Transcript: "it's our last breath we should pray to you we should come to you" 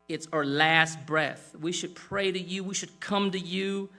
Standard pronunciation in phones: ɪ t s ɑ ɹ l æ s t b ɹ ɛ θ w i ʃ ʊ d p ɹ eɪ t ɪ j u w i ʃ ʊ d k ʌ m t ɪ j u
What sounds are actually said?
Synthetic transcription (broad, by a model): ɪ t s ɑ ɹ l æ s t b ɹ ɛ θ w i ʃ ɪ d p ɹ eɪ t ɪ j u w i ʃ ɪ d k ʌ m t ɪ j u